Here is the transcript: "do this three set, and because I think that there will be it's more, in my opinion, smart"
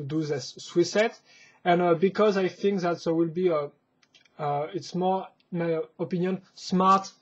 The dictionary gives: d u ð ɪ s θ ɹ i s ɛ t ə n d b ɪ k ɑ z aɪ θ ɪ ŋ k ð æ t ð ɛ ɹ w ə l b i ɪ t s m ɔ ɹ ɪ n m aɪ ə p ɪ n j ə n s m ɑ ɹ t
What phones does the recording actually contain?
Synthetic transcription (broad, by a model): d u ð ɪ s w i s ɛ t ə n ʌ b ɪ k ɑ z aɪ θ ɪ ŋ k ð æ t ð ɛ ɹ w ə l b i ɪ t s m ɔ ɹ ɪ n m aɪ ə p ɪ n j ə n s m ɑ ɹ t